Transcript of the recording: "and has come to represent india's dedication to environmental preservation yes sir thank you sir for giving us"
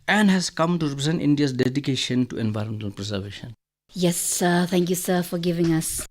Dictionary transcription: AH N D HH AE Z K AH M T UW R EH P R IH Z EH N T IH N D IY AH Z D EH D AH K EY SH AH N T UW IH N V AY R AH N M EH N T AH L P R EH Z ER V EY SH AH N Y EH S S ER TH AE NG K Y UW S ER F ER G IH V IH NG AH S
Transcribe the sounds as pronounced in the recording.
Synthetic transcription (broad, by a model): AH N D HH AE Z K AH M T UW R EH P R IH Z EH N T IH N D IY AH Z D EH D AH K EY SH AH N T UW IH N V AY R M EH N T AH N P R EH Z ER V EY SH AH N Y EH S S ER T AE NG K Y UW S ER F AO G IH V IH NG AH S